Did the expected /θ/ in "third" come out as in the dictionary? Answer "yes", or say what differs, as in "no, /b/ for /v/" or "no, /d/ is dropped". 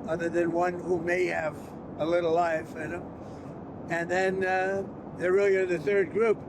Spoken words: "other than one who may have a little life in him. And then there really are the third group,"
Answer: yes